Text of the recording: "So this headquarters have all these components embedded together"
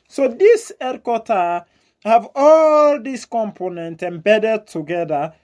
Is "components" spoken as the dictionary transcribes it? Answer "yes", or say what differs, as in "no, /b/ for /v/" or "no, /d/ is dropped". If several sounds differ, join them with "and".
no, /s/ is dropped